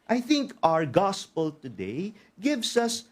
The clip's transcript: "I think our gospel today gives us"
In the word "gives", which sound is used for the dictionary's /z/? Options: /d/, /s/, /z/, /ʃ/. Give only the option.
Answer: /s/